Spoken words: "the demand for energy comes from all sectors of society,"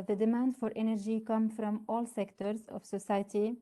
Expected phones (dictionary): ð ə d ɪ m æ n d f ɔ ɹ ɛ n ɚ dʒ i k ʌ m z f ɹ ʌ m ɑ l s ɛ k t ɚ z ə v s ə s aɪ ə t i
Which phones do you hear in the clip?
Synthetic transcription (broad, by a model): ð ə d ɪ m æ n d f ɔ ɹ ɛ n ɚ dʒ i k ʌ m f ɹ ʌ m ɑ l s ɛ k t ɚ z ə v s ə s aɪ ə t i